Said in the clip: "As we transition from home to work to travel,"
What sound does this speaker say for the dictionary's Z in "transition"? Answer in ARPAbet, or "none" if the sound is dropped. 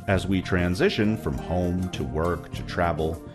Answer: Z